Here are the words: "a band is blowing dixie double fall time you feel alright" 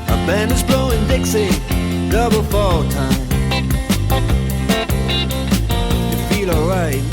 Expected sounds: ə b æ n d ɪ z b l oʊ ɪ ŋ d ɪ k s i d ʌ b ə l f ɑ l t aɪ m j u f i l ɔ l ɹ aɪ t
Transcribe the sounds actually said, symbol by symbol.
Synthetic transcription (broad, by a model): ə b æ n ɪ z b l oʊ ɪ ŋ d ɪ k s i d ʌ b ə l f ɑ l t aɪ m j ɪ f i l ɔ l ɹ aɪ t